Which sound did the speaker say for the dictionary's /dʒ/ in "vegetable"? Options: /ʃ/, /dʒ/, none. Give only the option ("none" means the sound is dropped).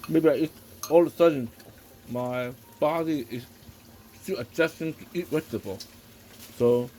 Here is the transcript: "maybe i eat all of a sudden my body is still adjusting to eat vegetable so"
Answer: none